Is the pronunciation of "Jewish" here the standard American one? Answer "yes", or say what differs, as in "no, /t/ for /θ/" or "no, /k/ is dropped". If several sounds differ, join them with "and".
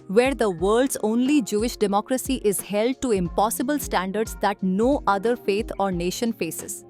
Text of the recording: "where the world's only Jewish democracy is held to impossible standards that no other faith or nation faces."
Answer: yes